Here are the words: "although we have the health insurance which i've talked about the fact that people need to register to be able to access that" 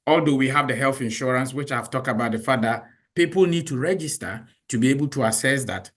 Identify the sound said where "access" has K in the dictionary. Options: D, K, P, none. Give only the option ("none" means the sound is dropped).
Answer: none